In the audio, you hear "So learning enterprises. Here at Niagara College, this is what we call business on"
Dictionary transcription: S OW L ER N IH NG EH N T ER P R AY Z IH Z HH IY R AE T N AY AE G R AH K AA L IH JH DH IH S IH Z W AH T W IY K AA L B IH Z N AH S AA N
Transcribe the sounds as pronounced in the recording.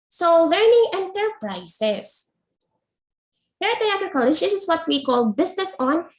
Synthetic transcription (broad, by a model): S OW L ER N IH NG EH N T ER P R AY S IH S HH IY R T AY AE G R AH K AA L IH JH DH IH S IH S W AH T W IY K AA L B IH S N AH S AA N